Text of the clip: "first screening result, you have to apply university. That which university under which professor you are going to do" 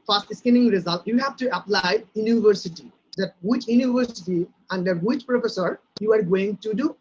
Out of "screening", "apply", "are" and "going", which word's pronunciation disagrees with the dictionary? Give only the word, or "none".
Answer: screening